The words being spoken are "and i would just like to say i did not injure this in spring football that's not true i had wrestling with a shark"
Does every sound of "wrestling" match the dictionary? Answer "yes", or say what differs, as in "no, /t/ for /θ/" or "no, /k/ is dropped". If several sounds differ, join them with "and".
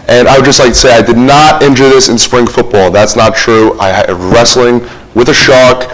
yes